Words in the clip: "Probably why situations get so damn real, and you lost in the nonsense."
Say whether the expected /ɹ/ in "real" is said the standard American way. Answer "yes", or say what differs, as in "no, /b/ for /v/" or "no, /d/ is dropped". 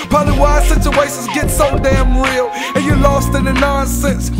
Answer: yes